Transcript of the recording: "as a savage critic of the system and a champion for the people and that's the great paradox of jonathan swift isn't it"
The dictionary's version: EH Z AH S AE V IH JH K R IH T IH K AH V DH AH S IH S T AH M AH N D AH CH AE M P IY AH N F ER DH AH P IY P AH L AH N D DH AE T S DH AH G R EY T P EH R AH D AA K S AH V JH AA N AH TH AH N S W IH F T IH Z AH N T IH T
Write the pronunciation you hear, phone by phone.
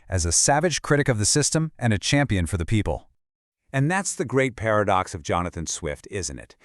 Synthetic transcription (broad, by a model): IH Z AH S AE V IH JH K R IH T IH K AH V DH AH S IH S T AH M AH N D AH CH AE M P IY AH N F ER DH AH P IY P AH L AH N DH AE T S DH AH G R EY T P EH R AH D AA K S AH V JH AA N AH TH AH N S W IH F T IH Z AH N T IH T